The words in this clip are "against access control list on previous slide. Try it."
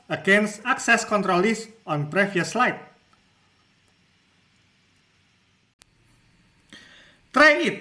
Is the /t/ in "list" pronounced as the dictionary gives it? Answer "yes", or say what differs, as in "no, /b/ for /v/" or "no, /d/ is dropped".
no, /t/ is dropped